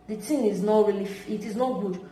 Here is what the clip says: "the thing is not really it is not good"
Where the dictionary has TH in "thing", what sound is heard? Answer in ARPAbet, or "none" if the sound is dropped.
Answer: T